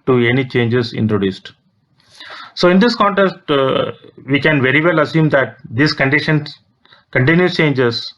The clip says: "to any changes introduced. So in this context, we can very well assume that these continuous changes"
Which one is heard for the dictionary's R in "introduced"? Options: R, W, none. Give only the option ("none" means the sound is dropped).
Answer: R